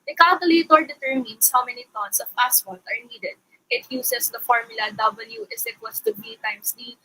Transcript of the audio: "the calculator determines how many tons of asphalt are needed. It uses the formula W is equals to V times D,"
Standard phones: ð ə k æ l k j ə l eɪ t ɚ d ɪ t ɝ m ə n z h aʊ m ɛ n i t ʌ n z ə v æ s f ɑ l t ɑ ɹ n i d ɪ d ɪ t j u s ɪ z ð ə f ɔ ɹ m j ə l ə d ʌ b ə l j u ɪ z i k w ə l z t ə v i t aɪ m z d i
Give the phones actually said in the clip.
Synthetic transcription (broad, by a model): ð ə k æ l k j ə l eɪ t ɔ d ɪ t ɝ m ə n s h aʊ m ɛ n i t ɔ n s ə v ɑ s p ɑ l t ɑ ɹ n i d ɪ d ɪ t j u s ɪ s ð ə f ɔ ɹ m j ə l ə d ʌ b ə l j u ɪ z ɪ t w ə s t ə b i t aɪ m s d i